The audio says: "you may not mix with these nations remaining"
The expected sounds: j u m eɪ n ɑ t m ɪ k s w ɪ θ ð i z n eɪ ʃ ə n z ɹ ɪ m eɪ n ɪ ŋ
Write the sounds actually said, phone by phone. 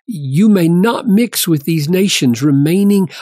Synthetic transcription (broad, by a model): j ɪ m eɪ n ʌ t m ɪ k s w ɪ ð i z n eɪ ʃ ə n z ɹ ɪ m eɪ n ɪ ŋ